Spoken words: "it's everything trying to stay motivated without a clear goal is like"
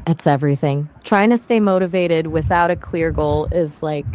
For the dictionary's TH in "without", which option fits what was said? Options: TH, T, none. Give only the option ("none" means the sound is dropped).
TH